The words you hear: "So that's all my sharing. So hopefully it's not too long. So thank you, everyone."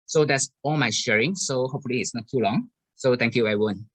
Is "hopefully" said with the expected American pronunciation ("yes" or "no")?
yes